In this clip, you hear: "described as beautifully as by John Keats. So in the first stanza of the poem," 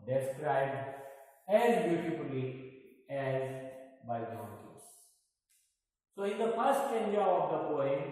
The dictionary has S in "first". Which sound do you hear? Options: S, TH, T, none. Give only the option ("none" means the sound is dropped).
none